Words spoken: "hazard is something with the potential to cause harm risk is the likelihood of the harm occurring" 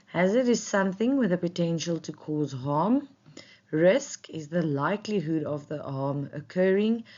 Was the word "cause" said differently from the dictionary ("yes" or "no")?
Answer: no